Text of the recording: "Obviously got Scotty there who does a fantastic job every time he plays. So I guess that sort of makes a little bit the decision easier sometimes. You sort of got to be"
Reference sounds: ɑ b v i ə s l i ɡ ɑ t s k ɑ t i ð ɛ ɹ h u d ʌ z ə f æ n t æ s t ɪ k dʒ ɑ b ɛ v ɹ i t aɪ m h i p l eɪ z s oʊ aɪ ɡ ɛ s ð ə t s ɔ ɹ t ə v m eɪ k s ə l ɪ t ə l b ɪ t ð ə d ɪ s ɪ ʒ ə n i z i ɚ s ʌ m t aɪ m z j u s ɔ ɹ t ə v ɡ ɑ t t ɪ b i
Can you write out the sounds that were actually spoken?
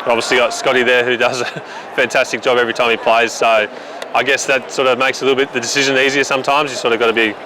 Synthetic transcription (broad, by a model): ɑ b v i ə s l i ɡ ɑ t s k ɑ t i ð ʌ ɹ h u d ʌ z ə f æ n t æ s t ɪ k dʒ ɑ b ɛ v ɹ i t aɪ m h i p l eɪ z s oʊ aɪ ɡ ɛ s ð ə t s ɔ ɹ t ə v m eɪ k s ə l ɪ t l b ɪ t ð ə d ɪ s ɪ ʒ ə n i z i ɚ s ʌ m t aɪ m z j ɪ s ɔ ɹ t ə v ɡ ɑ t t ɪ b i